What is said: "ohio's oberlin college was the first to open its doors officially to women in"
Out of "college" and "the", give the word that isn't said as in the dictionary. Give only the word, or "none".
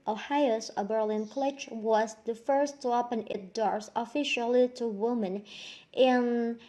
college